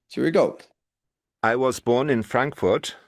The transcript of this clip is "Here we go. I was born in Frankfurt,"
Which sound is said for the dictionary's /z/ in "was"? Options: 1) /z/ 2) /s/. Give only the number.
1